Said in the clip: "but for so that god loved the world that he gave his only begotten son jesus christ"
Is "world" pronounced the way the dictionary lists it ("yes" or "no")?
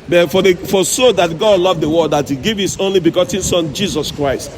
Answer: no